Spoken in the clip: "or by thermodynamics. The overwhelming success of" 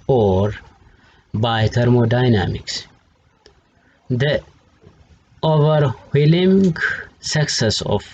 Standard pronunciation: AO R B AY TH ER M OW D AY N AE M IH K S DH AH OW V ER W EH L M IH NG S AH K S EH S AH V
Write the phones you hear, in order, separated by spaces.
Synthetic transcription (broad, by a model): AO R B AY T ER M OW D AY N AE M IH K S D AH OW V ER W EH L IH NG S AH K S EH S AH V